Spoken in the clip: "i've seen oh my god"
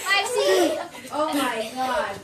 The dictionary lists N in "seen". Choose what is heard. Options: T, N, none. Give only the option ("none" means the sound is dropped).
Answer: none